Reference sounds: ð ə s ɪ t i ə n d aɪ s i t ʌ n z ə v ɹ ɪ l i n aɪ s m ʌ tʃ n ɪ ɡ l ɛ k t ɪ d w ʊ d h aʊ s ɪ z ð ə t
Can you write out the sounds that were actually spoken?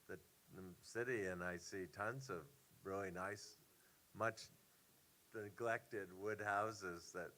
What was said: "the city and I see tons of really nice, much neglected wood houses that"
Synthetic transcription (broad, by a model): ð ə s ɪ t i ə n aɪ s i t ʌ n z ə v ɹ ɪ l i n aɪ s m ʌ tʃ n ɪ ɡ l ɛ k t ɪ d w ʊ d h aʊ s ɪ z ð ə t